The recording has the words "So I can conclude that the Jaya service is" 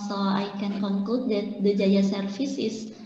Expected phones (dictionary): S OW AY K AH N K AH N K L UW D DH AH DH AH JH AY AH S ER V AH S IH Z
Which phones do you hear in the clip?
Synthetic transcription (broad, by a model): S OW AY K AH N K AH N K L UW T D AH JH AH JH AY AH S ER F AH S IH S